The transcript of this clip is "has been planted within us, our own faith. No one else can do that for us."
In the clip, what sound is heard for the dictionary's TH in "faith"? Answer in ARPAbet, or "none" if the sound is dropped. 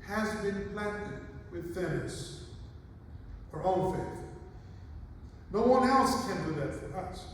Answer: TH